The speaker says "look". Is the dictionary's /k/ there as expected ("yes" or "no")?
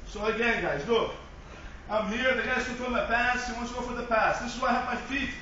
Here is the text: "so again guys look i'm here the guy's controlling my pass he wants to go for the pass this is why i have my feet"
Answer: no